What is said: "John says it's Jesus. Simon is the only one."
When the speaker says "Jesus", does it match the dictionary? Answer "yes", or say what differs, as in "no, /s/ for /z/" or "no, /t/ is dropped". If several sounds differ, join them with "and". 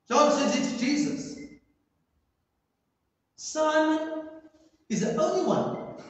yes